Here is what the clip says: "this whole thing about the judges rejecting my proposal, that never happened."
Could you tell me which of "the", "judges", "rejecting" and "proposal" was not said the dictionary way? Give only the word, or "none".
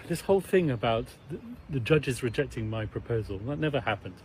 none